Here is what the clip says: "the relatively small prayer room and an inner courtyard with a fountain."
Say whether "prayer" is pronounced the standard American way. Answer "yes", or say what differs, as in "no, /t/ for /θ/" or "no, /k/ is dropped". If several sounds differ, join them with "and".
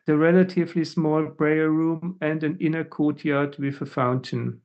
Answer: no, /b/ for /p/